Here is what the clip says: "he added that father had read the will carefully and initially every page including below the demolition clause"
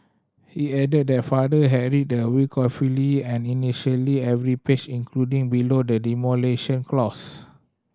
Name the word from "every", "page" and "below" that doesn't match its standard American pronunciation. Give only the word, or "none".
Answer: page